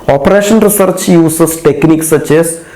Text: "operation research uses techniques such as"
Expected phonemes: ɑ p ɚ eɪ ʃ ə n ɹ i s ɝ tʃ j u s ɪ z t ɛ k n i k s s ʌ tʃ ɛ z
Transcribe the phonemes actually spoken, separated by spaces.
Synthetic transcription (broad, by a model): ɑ p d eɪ ʃ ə n ɹ i s ɝ tʃ j u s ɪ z t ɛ k n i k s s ʌ tʃ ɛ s